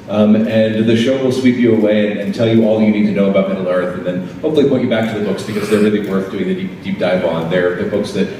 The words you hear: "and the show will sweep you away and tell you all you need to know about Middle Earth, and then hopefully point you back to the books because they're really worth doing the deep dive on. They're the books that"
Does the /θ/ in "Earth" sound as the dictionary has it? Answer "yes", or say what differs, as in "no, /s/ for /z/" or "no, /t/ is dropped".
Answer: yes